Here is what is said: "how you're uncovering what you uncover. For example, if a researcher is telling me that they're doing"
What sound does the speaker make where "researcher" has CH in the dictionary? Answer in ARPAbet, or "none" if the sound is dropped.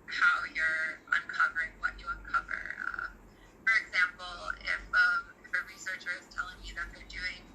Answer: CH